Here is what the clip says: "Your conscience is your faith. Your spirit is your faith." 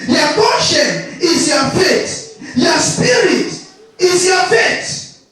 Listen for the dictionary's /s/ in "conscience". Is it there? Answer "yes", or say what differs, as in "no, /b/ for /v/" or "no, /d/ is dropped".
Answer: no, /s/ is dropped